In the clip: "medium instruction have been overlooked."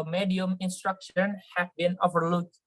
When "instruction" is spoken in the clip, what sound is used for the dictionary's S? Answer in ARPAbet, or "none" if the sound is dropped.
S